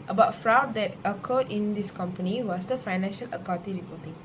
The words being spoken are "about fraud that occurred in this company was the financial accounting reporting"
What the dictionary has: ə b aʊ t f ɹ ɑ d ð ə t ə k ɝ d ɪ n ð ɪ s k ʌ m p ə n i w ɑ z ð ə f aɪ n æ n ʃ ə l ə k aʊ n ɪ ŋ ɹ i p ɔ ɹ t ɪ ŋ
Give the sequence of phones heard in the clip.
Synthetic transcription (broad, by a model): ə b aʊ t f ɹ ɑ d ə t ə k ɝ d ɪ n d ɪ s k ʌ m p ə n i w ɑ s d ə f aɪ n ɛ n ʃ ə l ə k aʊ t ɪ ɹ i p ɔ t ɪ ŋ